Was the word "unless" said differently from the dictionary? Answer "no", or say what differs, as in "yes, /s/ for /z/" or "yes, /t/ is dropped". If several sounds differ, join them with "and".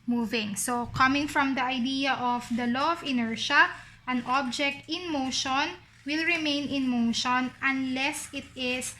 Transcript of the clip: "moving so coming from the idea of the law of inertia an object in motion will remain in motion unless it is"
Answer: no